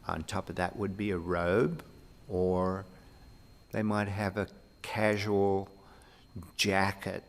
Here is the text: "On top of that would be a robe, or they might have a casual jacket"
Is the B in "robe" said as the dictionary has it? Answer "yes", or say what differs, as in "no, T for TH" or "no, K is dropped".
yes